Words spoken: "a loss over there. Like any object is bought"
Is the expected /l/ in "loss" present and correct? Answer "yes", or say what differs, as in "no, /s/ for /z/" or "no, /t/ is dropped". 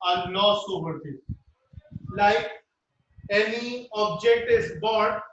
no, /n/ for /l/